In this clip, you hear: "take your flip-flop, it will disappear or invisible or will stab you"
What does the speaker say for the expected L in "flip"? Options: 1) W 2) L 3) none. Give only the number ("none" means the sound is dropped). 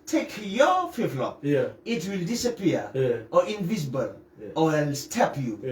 3